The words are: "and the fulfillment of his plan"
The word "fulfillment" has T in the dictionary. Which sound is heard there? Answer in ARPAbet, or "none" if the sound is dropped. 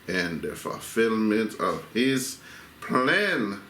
T